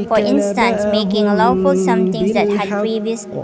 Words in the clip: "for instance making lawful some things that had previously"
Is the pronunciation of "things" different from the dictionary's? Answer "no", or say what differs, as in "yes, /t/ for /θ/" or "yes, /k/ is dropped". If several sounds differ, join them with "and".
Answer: yes, /t/ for /θ/